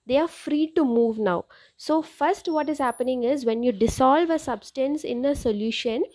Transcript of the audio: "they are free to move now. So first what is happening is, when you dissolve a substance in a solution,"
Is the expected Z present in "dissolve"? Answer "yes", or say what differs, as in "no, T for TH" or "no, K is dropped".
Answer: no, S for Z